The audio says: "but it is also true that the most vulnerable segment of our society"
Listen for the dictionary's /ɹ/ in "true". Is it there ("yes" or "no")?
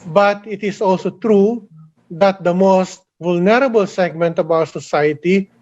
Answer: yes